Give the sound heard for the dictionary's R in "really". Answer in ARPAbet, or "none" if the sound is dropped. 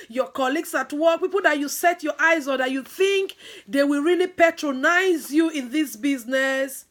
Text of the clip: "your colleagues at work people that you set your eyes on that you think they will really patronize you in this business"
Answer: R